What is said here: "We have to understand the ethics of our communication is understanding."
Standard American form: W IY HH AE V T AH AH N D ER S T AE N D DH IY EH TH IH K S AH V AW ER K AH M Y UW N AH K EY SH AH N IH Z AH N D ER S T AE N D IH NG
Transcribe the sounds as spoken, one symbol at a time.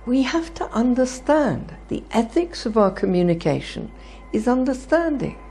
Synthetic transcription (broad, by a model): W IY HH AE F T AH AH N D ER S T AE N DH IY EH TH IH K S AH V AW ER K AH M Y UW N AH K EY SH AH N IH Z AH N D ER S T AE N D IH NG